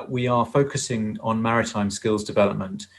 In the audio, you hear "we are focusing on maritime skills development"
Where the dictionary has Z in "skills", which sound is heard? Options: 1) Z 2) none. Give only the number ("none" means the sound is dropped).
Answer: 1